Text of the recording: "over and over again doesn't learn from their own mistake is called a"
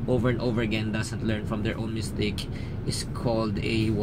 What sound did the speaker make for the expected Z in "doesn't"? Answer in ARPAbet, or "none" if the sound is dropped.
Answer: S